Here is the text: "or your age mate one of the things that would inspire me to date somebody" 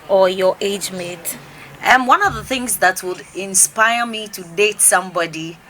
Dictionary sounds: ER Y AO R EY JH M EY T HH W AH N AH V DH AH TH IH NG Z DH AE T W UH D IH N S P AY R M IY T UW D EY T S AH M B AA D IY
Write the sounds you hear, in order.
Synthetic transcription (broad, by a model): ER Y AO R EY JH M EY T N W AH N AH V DH AH TH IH NG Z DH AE T W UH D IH N S P AY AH M IY T UW D EY T S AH M B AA D IY